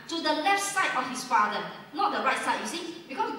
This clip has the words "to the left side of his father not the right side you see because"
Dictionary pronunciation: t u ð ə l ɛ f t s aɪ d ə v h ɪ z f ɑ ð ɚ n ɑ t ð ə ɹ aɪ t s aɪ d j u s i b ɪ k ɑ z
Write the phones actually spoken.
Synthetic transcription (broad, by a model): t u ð ə l ɛ f t s aɪ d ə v h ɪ s f ɑ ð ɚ n ɑ t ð ə ɹ aɪ t s aɪ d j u s i b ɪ k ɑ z